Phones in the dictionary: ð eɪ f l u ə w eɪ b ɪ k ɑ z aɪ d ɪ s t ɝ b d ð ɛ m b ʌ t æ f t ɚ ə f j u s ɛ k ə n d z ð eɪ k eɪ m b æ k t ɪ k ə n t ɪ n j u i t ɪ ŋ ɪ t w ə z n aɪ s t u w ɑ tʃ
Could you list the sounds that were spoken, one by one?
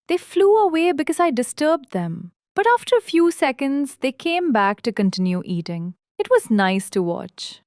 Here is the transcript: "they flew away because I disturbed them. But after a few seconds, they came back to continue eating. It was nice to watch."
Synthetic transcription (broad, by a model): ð eɪ f l u ə w eɪ b ɪ k ɑ z aɪ d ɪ s t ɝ b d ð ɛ m b ʌ t æ f t ɚ ə f j u s ɛ k ə n d z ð eɪ k eɪ m b æ k t ɪ k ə n t ɪ n j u i t ɪ ŋ ɪ t w ə z n aɪ s t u w ɑ tʃ